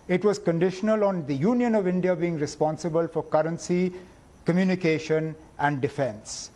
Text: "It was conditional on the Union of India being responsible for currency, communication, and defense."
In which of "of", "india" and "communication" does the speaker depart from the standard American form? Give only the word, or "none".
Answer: none